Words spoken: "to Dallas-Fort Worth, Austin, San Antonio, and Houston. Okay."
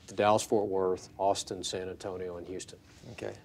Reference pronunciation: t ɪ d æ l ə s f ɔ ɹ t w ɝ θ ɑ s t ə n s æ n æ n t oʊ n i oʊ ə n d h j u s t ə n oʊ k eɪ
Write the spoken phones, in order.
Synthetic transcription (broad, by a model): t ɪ d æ l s f ɔ ɹ t w ɝ θ ɑ s t ə n s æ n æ n t oʊ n i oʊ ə n h j u s t ə n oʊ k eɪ